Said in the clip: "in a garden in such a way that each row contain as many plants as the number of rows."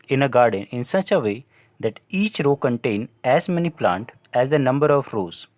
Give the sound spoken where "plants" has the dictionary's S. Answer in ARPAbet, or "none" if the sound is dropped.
none